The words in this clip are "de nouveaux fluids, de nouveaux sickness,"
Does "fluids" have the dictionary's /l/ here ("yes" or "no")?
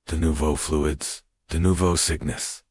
yes